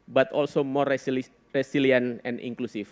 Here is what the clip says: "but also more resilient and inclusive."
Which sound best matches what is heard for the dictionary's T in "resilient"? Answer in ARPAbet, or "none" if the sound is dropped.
none